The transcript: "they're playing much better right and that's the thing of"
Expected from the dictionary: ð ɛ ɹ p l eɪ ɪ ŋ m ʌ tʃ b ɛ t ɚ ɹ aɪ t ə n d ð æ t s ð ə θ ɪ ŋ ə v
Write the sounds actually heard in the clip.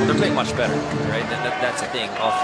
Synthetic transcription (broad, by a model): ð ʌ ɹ p l eɪ ɪ ŋ m ʌ tʃ b ɛ t ɚ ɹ aɪ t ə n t ð æ t s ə θ ɪ ŋ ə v